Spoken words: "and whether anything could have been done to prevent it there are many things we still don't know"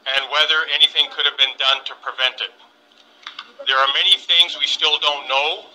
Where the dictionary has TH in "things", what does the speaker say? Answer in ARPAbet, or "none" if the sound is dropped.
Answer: TH